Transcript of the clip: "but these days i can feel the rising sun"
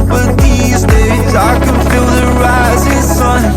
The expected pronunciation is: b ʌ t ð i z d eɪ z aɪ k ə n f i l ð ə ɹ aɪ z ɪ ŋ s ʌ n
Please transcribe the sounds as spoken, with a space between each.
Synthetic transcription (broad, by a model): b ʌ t ð i z d eɪ z aɪ k ə n f i l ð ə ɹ aɪ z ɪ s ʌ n